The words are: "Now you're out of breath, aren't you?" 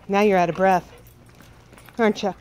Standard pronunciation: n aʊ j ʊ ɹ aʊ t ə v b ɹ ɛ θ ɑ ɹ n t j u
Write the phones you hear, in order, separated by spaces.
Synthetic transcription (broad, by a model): n aʊ j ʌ ɹ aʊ t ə b ɹ ɛ θ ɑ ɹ n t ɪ